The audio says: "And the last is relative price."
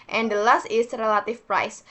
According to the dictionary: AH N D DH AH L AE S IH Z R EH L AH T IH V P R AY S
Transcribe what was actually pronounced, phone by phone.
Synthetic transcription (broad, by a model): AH N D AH L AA S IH S R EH L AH T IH F P R AY S